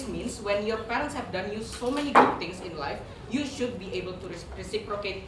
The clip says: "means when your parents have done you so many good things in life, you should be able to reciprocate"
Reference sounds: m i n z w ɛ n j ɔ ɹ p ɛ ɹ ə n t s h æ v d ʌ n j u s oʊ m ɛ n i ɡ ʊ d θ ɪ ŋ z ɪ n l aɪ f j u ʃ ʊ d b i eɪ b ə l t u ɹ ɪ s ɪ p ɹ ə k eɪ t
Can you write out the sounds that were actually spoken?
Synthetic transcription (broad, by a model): m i n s w ɛ n j ɔ ɹ p ɛ ɹ ə n t s h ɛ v d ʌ n j u s oʊ m ɛ n i ɡ ʊ d t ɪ ŋ s ɪ n l aɪ f j u ʃ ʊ d b i eɪ b ə l t u ɹ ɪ s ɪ p ɹ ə k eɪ t